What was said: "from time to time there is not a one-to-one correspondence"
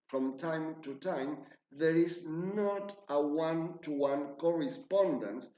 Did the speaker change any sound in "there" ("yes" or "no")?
no